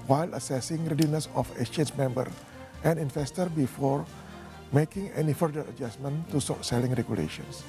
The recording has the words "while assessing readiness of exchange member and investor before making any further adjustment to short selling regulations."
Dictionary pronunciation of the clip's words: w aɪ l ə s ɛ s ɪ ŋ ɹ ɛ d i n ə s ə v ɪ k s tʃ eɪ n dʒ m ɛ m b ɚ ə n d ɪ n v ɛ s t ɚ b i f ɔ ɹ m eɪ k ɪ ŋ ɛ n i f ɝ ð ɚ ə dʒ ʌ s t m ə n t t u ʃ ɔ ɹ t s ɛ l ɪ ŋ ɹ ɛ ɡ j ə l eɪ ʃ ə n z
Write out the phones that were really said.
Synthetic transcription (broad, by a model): w aɪ l ə s ɛ s ɪ ŋ ɹ ɛ d i n ə s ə f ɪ s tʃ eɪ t m ɛ m b ɚ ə n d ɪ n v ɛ s t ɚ b i f ɔ ɹ m eɪ k ɪ ŋ ɛ n i f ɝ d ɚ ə dʒ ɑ s m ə n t t u s ɔ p s ɛ l ɪ ŋ ɹ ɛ ɡ j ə l eɪ ʃ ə n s